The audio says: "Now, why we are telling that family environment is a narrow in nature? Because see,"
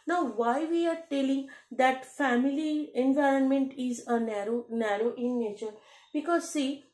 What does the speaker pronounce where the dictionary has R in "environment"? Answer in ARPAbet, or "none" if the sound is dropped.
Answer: R